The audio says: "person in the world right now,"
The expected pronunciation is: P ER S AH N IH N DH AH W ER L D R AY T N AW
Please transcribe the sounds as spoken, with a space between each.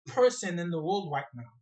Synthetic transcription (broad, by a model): P ER S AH N IH N DH AH W ER L D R AY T N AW